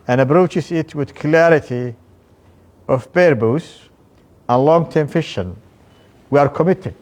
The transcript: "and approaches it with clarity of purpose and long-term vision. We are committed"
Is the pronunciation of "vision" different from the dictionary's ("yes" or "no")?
yes